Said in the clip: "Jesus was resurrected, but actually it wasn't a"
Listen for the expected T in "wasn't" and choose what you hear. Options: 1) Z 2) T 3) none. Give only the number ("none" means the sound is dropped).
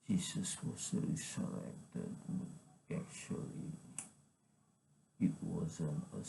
3